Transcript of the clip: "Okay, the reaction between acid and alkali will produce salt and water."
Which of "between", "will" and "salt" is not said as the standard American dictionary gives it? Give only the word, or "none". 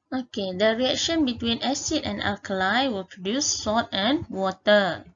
salt